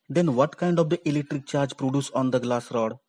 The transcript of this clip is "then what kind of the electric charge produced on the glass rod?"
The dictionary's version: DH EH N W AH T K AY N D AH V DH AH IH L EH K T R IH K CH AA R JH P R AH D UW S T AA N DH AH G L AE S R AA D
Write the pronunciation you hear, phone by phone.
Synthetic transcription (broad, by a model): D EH N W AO T K AY N D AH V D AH IH L EH K T R IH K CH AA R JH P R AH D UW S AA N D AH G L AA S R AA D